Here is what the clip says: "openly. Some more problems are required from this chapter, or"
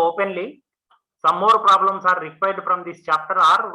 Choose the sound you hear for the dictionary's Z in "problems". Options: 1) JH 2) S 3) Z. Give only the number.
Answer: 2